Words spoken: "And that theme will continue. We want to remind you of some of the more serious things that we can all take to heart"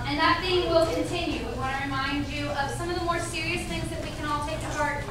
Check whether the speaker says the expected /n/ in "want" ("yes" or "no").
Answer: no